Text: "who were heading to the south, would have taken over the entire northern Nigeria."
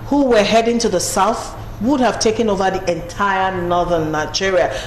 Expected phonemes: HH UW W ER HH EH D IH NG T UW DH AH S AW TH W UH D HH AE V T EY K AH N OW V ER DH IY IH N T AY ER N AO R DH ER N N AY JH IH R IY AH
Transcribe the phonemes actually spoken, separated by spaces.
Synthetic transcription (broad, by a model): HH UW W ER HH EH D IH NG T UW DH AH S AW TH W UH D HH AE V T EY K AH N OW V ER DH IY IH N T AY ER N AO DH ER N N AY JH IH R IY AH